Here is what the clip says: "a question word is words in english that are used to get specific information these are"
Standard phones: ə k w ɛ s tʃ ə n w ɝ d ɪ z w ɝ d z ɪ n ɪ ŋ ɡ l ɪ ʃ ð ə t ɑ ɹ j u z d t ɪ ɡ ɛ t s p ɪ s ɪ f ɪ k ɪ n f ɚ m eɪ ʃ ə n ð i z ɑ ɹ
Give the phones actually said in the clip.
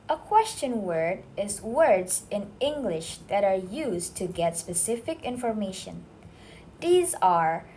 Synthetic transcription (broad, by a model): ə k w ɛ s tʃ ə n w ɝ d ɪ z w ɝ d z ɪ n ɪ ŋ ɡ l ɪ ʃ ð ə t ɑ ɹ j u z t ɪ ɡ ɛ t s p ɪ s ɪ f ɪ k ɪ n f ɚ m eɪ ʃ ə n ð i z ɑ ɹ